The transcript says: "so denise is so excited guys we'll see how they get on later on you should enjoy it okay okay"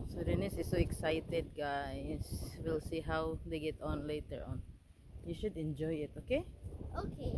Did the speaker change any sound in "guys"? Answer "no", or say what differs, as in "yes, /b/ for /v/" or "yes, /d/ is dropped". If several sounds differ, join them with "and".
yes, /s/ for /z/